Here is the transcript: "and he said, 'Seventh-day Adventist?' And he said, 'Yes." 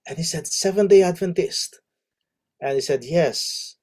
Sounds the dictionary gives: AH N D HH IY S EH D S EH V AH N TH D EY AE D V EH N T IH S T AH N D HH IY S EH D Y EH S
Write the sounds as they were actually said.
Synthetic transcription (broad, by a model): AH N HH IY S EH D S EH V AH N D EY AE D V EH N T IH S T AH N HH IY S EH D Y EH S